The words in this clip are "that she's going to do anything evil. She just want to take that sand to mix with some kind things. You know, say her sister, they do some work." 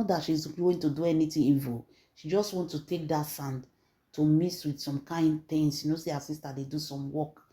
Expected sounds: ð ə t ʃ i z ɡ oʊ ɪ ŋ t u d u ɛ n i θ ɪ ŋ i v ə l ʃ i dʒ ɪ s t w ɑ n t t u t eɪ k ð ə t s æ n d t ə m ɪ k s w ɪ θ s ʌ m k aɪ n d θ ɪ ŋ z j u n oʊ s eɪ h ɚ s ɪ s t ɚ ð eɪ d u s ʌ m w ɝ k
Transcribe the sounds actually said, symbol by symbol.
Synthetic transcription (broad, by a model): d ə t ʃ i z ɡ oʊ t u d u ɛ n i t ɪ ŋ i v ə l ʃ i dʒ ɪ s t w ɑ n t t u t eɪ k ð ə t s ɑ n d t ə m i s w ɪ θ s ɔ m k aɪ n d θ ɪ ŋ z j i n oʊ s eɪ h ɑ s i s t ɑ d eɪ d u s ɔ m w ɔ k